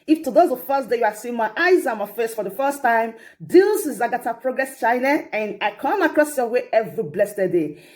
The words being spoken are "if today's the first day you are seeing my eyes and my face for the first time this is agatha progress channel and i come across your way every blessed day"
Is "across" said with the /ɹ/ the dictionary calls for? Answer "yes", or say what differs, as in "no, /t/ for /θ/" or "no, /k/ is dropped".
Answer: yes